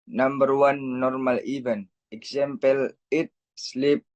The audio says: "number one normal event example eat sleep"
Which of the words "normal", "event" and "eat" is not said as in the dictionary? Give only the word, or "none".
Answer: event